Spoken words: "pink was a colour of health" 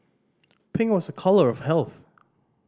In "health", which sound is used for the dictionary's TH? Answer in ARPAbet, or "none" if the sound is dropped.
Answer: TH